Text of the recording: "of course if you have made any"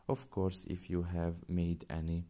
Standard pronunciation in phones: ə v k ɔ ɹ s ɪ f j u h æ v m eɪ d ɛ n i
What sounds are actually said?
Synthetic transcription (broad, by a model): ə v k ɔ ɹ s ɪ f j u h æ v m eɪ d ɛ n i